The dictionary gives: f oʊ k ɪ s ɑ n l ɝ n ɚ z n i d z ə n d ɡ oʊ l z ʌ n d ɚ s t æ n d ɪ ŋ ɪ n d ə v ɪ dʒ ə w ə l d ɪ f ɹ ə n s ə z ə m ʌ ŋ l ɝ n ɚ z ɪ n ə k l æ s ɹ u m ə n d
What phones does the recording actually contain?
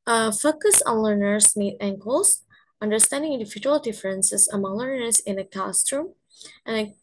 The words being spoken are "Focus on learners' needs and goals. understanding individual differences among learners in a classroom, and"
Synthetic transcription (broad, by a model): f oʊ k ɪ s ɑ n l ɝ n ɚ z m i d ə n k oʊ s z ʌ n d ɚ s t æ n d ɪ ŋ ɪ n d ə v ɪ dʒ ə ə l d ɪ f ɹ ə n s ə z ə m ʌ ŋ l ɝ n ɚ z ɪ n ə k æ s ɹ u m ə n